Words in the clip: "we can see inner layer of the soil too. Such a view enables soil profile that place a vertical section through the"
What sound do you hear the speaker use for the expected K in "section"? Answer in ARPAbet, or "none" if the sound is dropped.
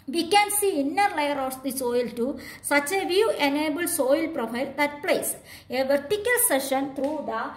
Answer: none